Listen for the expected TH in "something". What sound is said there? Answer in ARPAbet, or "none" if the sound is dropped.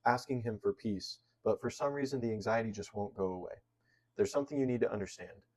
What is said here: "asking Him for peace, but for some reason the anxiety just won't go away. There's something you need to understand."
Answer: TH